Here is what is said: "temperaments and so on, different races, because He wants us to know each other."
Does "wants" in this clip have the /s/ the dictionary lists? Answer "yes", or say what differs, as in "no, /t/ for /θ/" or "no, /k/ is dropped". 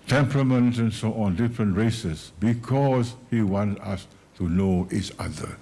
no, /s/ is dropped